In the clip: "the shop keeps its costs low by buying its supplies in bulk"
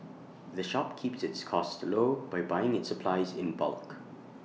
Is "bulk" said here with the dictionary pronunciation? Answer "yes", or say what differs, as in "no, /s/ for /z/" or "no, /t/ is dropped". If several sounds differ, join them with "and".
yes